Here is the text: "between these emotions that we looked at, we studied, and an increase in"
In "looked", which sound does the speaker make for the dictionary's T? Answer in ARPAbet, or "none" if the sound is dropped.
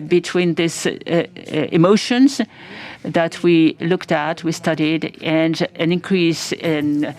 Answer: T